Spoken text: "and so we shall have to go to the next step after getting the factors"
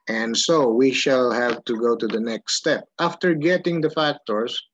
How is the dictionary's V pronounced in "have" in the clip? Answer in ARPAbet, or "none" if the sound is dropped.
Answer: P